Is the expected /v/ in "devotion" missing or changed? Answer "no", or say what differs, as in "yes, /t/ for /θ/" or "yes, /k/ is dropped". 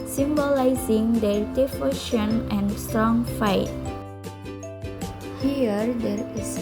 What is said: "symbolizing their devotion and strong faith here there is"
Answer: yes, /f/ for /v/